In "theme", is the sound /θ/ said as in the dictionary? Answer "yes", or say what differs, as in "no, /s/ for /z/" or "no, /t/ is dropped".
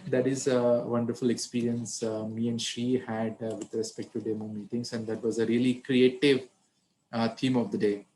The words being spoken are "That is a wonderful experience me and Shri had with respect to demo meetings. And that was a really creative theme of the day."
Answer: no, /t/ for /θ/